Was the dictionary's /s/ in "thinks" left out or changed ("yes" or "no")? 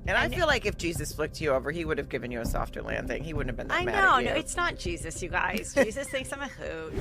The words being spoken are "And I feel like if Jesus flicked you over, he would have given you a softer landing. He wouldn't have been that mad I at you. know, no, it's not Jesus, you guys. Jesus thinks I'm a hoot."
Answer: no